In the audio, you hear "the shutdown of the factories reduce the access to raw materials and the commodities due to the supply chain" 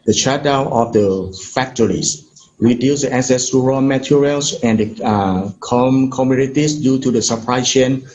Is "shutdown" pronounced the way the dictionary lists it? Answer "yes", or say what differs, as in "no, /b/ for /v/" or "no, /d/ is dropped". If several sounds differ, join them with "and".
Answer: no, /n/ is dropped